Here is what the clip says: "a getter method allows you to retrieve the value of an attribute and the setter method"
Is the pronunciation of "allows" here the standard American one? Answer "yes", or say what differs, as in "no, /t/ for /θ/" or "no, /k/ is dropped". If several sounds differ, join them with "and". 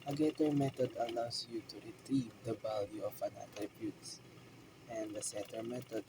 no, /s/ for /z/